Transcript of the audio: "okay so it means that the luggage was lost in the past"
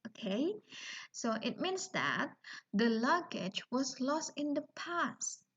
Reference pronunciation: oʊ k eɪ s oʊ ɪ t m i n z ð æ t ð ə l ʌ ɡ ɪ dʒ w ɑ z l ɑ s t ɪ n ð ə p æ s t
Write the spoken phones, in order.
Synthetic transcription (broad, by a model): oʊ k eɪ s oʊ ɪ t m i n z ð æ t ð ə l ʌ ɡ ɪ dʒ w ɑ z l ɑ s t ɪ n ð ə p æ s t